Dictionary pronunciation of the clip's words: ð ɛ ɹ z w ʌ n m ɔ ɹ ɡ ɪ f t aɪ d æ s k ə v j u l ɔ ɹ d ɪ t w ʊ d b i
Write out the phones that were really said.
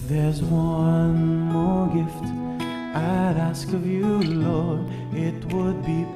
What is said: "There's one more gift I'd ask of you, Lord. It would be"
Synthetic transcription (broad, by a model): ð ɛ ɹ z w ʌ n m ɔ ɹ ɡ ɪ f t aɪ d æ s k ə v j u l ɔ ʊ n ɪ t w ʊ d b i